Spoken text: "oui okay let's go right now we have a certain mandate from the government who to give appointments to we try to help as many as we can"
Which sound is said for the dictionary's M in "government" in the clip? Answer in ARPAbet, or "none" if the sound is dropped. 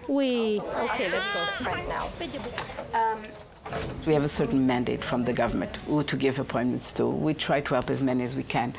M